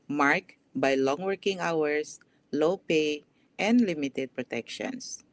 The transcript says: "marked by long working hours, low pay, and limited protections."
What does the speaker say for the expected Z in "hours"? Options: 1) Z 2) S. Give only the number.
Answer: 2